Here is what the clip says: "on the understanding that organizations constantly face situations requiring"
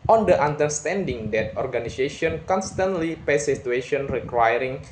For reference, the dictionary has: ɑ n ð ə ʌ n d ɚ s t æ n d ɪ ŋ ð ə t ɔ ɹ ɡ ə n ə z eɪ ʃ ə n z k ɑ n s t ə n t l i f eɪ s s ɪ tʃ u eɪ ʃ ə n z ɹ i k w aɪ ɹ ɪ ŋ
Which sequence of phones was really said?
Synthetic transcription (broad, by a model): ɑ n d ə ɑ n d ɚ s t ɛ n d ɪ ŋ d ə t ɔ ɹ ɡ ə n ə s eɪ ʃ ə n k ɑ n s t ə n t l i p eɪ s s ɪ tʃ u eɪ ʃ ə n ɹ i k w aɪ ɹ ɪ ŋ